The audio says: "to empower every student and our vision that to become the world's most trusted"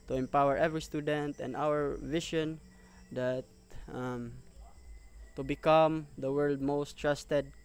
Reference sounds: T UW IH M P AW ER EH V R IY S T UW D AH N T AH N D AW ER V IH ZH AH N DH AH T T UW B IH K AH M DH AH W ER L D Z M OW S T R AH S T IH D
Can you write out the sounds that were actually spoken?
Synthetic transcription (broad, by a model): T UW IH M P AW ER EH V R IY S T UW D AH N T AH N D AW ER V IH SH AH N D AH T T UW B IH K AH M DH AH W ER L D M OW S T R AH S T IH D